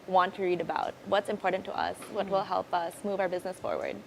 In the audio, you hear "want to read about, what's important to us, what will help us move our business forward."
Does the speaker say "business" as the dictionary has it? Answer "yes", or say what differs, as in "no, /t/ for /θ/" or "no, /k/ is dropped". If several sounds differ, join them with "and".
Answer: yes